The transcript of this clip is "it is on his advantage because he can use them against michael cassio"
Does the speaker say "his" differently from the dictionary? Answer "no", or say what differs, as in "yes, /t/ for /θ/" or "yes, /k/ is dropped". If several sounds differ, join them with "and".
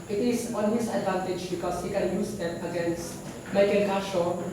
yes, /s/ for /z/